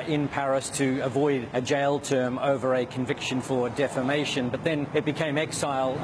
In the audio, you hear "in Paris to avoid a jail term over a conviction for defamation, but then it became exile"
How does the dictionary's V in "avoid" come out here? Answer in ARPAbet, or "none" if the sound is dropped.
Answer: V